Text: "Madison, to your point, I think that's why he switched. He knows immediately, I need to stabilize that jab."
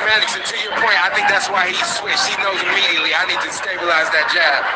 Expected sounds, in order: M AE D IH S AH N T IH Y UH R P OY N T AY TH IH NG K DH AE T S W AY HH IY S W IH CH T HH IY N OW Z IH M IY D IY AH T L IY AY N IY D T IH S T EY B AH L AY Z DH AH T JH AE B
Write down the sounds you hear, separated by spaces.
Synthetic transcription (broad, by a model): M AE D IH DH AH T IH Y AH R P OY N T AY TH IH NG K DH AE T S W AY HH IY S W IH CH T HH IY N OW Z IH M IY D IY AH T L IY AY N IY D T IH S T EY B AH L AY Z DH AH T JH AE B